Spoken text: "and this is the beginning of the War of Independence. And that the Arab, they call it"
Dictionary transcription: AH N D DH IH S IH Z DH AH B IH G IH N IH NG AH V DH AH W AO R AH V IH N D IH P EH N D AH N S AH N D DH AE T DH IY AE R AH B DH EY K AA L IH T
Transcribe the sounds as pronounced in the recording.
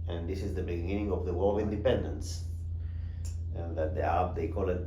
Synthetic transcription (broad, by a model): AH N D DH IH S IH Z DH AH B IH G IH N IH NG AH V DH AH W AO L AH V IH N D IH P EH N D AH N S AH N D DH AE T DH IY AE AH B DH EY K AA L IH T